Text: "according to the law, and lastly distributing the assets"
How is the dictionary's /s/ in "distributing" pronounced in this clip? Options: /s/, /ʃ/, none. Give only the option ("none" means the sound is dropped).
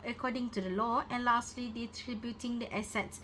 none